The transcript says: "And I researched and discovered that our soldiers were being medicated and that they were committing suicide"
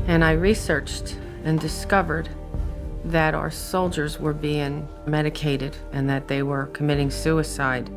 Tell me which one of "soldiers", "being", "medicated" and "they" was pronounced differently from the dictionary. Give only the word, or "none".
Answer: none